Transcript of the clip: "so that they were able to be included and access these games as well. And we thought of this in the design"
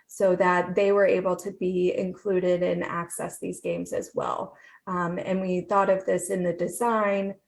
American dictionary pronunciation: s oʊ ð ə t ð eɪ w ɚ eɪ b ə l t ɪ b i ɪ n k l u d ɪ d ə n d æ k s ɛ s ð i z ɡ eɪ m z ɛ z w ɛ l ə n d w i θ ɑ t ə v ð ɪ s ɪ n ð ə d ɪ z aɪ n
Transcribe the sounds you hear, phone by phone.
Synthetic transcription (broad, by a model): s oʊ ð ə t ð eɪ w ɚ eɪ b l t ɪ b i ɪ n k l u d ɪ d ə n æ k s ɛ s ð i z ɡ eɪ m z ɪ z w ɛ l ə n w i θ ɑ t ə v ð ɪ s ɪ n ð ə d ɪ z aɪ n